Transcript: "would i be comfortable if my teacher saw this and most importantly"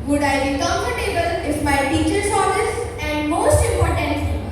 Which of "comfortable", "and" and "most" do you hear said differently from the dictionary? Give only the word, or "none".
comfortable